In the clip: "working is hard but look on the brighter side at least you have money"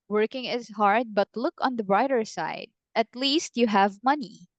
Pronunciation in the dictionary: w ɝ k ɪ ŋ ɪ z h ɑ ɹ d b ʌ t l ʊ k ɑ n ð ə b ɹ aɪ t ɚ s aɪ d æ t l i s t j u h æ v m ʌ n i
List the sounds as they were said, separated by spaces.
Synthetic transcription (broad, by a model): w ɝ k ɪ ŋ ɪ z h ɑ ɹ d b ʌ t l ʊ k ɑ n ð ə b ɹ aɪ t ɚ s aɪ d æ t l i s t j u h æ v m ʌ n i